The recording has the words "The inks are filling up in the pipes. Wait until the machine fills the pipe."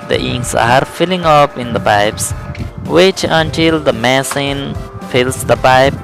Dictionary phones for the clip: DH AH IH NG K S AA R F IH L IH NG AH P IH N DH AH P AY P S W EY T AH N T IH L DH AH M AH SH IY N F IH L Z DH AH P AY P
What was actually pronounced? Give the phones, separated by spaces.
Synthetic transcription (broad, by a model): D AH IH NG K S AA R F IH L IH NG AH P IH N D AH P AY P S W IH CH AH N T IH L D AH M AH S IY N F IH L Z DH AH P AY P